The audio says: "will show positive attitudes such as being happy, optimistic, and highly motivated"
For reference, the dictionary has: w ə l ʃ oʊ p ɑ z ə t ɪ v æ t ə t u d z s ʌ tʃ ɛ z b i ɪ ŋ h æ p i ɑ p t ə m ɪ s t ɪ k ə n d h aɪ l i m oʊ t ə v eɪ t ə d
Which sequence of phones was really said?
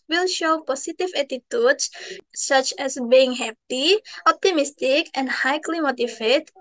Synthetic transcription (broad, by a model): w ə l ʃ oʊ p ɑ s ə t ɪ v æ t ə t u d s ʌ tʃ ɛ s b i ɪ ŋ h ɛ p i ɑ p t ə m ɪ s t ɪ k ə n d h aɪ l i m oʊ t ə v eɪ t